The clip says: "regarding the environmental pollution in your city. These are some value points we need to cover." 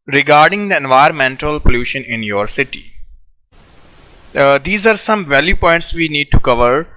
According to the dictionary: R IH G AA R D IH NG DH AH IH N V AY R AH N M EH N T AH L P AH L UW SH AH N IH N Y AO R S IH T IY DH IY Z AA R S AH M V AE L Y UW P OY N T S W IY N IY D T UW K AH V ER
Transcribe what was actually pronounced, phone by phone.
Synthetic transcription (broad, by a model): R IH G AA R D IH NG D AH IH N V AY AH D M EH N T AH L P AH L UW SH AH N IH N Y AO R S IH T IY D IY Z AA R S AH M V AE L Y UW P OY N T S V IY N IY D T UW K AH V ER